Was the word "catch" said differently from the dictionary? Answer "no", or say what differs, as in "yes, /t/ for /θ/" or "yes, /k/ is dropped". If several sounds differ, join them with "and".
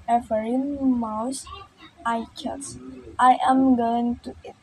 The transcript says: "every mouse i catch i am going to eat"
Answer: yes, /s/ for /tʃ/